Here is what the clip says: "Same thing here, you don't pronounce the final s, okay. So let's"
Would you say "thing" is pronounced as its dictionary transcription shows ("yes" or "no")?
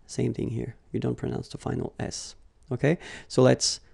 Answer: yes